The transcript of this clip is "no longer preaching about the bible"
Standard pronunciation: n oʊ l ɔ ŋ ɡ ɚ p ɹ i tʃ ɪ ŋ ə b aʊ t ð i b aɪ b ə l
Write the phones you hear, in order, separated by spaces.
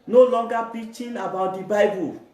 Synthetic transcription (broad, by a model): n oʊ l ɔ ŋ ɡ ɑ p i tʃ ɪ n ə b aʊ t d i b aɪ b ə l